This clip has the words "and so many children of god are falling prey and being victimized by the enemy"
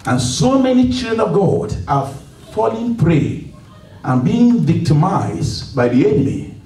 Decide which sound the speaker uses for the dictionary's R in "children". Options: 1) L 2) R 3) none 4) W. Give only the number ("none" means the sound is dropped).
3